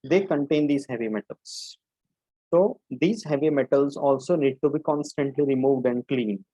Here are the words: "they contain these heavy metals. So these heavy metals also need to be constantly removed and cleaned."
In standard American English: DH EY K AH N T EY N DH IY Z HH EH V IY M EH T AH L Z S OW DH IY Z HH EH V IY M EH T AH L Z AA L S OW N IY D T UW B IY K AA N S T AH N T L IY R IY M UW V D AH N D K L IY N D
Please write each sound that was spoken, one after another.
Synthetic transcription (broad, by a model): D EY K AH N T EY N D IY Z HH EH V IY M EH T AH L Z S OW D IY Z HH EH V IY M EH T AH L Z AA L S OW N IY D T UW B IY K AA N S T AH N T L IY R IY M UW V D AH N D K L IY N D